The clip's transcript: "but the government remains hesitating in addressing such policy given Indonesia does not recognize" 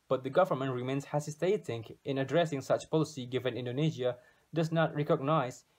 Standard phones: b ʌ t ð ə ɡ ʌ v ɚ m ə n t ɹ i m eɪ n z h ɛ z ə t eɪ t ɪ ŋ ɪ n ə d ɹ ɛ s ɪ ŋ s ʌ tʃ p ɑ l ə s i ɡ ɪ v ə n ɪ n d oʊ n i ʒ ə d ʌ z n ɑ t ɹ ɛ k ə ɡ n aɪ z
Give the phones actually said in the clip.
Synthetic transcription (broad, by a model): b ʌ t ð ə ɡ ʌ v ɚ m ə n t ɹ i m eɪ n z h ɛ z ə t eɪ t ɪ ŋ ɪ n ə d ɹ ɛ s ɪ ŋ s ʌ tʃ p ɑ l ə s i ɡ ɪ v ə n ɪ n d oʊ n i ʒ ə d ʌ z n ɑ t ɹ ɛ k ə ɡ n aɪ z